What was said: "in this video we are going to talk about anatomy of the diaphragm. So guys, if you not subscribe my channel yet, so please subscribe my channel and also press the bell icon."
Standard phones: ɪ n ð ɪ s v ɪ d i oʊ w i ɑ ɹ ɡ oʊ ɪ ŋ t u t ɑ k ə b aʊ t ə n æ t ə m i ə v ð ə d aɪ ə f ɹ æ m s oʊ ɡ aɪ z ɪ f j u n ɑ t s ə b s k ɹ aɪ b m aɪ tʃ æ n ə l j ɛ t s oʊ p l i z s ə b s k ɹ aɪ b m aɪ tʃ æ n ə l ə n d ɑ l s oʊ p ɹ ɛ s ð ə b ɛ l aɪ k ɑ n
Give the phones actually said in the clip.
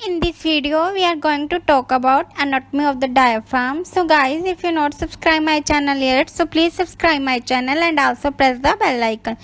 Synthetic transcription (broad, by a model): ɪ n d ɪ s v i d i oʊ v i ɑ ɹ ɡ oʊ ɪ ŋ t u t ɑ k ə b aʊ t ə n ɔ t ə m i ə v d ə d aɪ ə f ɑ m s oʊ ɡ aɪ z ɪ f j u n ɑ t s ə b s k ɹ aɪ b m aɪ tʃ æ n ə l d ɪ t s oʊ p l i z s ə b s k ɹ aɪ b m aɪ tʃ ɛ n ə l ə n d ɑ l s oʊ p ɹ ɛ s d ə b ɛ l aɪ k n